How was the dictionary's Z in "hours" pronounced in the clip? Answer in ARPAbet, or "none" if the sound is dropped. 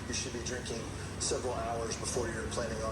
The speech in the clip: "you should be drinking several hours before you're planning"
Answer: Z